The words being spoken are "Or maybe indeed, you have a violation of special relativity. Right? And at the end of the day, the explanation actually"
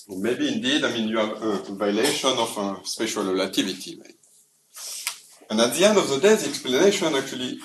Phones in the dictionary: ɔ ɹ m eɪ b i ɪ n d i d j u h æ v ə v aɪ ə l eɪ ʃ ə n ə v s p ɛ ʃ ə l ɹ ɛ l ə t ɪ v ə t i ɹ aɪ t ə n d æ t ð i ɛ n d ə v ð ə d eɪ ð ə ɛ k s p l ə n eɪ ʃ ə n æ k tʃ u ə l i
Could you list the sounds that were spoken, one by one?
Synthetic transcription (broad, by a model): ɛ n m eɪ b i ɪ n d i d j u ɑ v ə v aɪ l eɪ ʃ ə n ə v s p ɛ ʃ ə l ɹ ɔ l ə t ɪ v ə t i w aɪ ə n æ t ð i ɛ n d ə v ð ə d eɪ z ɛ k s p l ə n eɪ ʃ ə n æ k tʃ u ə l i